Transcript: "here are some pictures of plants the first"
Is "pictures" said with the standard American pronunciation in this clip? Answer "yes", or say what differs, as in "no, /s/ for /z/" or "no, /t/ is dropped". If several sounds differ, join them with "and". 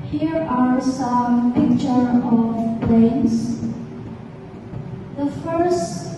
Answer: no, /z/ is dropped